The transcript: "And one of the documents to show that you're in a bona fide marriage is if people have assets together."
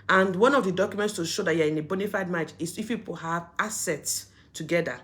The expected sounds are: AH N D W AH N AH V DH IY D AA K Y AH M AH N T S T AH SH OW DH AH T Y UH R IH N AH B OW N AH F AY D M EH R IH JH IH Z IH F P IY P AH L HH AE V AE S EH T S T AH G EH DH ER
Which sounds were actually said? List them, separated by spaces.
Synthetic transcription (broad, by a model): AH N D W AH N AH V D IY D AA K Y AH M AH N T S T AH SH OW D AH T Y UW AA IH N AH B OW N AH F AY D M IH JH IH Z IH F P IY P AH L HH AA V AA S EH T S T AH G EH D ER